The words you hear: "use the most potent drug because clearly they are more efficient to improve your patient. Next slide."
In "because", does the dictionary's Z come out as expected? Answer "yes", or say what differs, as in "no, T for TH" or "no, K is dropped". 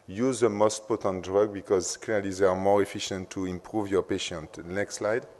yes